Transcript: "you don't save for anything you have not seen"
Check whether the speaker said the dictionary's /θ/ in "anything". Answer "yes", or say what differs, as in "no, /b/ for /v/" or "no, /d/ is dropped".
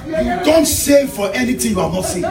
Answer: no, /t/ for /θ/